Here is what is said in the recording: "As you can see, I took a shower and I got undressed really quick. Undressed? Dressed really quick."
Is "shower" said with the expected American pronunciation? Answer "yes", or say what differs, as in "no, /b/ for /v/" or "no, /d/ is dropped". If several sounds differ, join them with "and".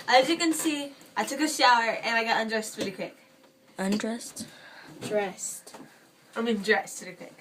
yes